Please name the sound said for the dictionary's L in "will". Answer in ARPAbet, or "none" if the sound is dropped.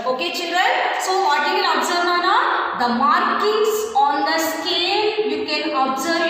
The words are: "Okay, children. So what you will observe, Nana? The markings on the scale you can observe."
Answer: N